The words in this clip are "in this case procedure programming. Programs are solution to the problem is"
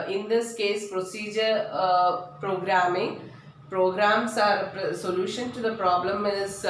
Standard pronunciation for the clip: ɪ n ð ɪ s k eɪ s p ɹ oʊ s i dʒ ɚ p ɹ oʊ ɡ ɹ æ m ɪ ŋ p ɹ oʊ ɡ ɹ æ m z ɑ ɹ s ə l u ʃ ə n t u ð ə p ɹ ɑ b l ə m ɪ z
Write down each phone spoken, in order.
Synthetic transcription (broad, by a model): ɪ n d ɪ s k eɪ s p ɹ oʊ s i dʒ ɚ p ɹ oʊ ɡ ɹ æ m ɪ ŋ p ɹ oʊ ɡ ɹ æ m s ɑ ɹ s ə l u ʃ ə n t u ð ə p ɹ ɑ b l ə m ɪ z